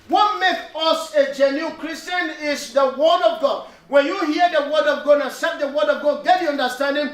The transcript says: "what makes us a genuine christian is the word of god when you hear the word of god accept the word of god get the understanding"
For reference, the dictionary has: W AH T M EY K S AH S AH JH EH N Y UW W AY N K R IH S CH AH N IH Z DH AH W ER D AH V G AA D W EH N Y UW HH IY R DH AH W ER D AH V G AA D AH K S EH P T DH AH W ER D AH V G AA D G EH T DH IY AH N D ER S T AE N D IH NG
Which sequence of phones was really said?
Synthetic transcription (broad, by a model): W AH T M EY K AH S AH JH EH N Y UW K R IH S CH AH N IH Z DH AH W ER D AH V G AA D W EH N Y UW HH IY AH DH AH W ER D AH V G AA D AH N S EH T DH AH W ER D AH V G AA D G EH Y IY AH N D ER S T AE N D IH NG